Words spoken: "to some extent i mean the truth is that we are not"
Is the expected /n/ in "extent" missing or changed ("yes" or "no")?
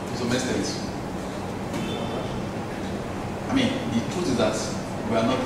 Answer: yes